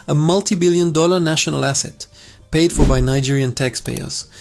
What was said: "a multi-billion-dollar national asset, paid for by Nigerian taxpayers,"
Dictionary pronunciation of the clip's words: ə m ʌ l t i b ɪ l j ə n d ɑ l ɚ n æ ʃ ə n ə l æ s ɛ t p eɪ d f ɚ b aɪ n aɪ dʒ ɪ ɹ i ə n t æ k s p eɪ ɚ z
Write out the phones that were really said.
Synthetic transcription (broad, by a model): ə m ʌ l t i b ɪ l j ə n d ɑ l ɚ n æ ʃ ə n ə l æ s ɛ t p eɪ d f ɚ b aɪ n aɪ dʒ ɪ ɹ i ə n t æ k s p eɪ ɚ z